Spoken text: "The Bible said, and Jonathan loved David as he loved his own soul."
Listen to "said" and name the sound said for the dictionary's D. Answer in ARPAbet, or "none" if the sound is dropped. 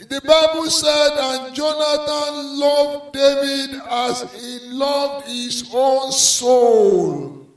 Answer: D